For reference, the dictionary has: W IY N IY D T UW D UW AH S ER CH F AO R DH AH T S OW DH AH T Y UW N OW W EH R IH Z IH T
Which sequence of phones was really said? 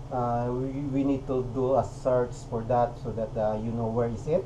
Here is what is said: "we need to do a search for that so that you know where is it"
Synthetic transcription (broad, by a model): W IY N IY D T UW D UW AH S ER S F AO R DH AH T S OW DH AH T Y UW N OW W EH R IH S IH T